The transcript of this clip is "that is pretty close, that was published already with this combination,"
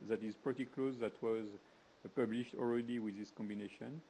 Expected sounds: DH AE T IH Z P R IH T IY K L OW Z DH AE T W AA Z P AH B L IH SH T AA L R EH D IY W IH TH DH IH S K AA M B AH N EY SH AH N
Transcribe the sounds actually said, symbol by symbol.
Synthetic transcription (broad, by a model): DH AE T IH Z P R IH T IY K L OW Z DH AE T W AA Z P AH B L IH SH T AA L R EH D IY W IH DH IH S K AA M B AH N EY SH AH N